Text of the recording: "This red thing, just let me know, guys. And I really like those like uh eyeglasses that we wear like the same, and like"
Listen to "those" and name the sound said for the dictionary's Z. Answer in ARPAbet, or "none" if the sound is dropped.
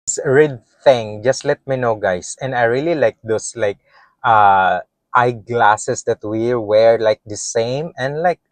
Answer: S